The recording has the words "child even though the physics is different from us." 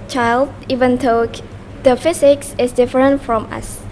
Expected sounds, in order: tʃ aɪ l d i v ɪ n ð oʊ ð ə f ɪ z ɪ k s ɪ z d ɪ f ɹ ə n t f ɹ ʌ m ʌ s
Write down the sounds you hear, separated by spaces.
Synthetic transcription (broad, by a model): tʃ aɪ l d i v ɪ n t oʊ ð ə f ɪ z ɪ k s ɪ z d ɪ f ɹ ə n t f ɹ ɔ m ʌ s